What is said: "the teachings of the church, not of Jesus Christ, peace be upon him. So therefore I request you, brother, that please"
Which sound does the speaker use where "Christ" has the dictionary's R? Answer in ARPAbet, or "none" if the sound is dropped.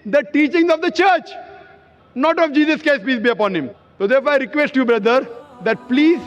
none